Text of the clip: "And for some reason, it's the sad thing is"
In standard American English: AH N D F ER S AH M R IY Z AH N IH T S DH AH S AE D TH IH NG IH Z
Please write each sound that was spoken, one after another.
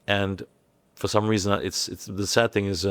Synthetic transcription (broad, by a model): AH N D F ER S AH M R IY Z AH N IH T S DH AH S AE D TH IH NG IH Z